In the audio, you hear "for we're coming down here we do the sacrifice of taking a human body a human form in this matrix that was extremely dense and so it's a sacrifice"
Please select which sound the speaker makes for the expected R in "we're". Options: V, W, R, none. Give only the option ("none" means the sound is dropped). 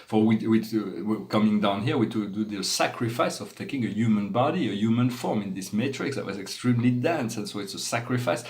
W